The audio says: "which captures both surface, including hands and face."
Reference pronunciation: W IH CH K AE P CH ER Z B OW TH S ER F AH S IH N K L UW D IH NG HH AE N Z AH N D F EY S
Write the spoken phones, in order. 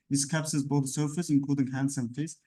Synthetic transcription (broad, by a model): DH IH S K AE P S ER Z B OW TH S ER F AH S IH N K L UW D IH NG HH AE N S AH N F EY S